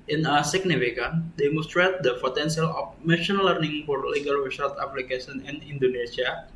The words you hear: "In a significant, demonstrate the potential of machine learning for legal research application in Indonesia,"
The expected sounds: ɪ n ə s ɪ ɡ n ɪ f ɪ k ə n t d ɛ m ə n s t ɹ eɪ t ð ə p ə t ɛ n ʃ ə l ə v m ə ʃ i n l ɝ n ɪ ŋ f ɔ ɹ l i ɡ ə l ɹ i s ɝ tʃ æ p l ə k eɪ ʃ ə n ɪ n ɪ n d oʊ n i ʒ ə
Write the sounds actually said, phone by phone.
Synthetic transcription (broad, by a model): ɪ n ə s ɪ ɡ n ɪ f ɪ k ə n d ɛ m ə n s t ɹ eɪ t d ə p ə t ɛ n s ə l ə f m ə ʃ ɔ n l ɝ n ɪ ŋ f ɔ ɹ l i ɡ ə l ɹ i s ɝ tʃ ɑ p l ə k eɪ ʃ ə n ɪ n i n d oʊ n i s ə